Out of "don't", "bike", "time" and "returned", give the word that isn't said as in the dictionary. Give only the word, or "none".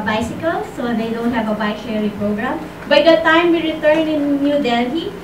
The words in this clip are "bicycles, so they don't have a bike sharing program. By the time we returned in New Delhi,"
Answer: returned